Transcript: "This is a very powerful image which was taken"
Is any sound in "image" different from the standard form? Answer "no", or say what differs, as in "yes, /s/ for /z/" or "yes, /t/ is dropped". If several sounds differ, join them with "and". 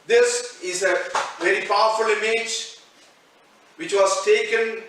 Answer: no